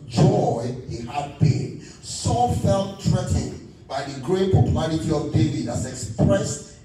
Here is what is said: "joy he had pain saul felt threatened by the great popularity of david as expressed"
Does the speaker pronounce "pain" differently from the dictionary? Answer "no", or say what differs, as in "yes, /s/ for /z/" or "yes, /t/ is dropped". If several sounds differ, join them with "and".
yes, /b/ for /p/